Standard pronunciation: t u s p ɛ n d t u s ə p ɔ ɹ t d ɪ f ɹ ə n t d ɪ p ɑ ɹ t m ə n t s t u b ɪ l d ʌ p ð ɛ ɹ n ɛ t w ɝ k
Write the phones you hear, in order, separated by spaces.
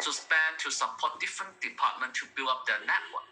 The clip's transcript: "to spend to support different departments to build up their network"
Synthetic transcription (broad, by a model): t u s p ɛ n t u s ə p ɔ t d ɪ f ɹ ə n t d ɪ p ɑ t m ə n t t u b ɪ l ʌ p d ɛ n ɛ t w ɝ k